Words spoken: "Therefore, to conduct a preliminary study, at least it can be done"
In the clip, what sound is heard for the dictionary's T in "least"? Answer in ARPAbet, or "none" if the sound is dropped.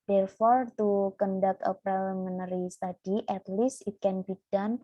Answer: none